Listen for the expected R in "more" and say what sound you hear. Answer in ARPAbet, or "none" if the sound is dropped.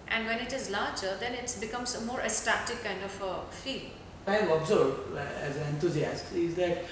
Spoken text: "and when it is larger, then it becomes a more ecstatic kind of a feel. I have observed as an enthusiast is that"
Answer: R